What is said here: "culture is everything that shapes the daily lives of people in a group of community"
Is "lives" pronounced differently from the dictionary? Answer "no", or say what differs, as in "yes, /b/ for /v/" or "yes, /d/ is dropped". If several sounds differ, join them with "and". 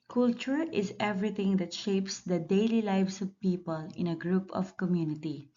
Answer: yes, /s/ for /z/